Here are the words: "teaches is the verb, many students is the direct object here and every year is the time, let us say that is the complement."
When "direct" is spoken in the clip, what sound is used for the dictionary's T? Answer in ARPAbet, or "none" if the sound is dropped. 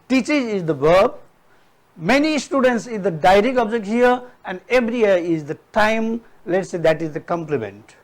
none